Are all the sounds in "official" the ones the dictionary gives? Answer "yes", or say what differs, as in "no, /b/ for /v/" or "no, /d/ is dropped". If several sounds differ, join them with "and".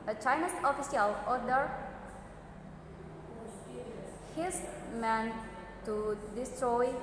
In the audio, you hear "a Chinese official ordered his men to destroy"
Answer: no, /s/ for /ʃ/